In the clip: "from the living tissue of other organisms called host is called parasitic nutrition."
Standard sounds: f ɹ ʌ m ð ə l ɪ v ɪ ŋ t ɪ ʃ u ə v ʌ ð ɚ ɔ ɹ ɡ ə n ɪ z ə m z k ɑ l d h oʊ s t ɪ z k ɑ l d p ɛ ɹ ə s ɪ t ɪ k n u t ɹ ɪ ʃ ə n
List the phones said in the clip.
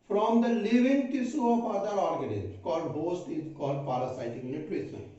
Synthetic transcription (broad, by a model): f ɹ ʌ m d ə l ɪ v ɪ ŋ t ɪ s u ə f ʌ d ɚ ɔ ɹ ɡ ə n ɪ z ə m k ɑ l d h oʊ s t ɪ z k ɑ l d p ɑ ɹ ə s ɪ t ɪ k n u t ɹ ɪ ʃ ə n